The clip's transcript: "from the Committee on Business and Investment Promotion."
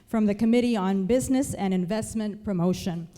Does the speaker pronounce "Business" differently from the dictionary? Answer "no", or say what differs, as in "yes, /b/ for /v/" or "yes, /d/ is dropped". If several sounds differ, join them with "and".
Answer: no